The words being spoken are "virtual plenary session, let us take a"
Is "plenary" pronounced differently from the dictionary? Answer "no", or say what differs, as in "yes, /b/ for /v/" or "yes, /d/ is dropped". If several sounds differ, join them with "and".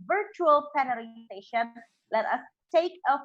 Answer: yes, /l/ is dropped